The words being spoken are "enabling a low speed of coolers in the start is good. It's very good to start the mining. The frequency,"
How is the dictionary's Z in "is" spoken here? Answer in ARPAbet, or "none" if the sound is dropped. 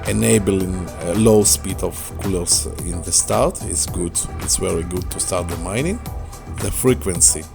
S